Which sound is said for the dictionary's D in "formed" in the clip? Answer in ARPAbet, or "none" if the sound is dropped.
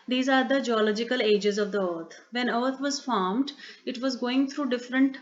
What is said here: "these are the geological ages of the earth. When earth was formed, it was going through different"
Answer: D